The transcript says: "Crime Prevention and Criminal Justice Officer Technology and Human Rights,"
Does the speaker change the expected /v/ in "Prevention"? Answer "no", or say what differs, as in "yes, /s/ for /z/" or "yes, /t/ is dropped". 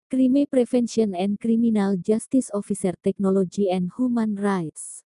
yes, /f/ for /v/